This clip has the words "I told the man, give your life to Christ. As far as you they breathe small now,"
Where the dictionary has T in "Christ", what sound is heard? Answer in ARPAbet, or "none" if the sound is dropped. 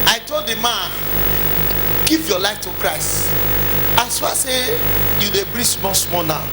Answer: T